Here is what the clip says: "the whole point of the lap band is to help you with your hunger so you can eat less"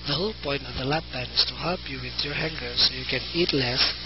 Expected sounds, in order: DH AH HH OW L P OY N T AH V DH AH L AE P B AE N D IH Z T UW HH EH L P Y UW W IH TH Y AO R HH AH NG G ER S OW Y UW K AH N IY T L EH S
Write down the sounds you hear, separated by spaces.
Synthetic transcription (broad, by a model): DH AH HH OW L P OY N T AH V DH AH L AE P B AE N IH S T UW HH EH L P Y UW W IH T Y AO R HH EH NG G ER S OW Y UW K AH N IY T L EH S